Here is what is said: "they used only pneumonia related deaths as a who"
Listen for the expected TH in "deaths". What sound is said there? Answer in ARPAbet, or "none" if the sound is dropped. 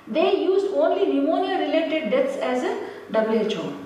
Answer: T